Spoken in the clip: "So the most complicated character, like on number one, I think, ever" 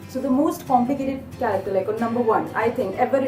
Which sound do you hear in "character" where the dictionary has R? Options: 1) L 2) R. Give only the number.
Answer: 1